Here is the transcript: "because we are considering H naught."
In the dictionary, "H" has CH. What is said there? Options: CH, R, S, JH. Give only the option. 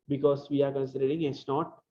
S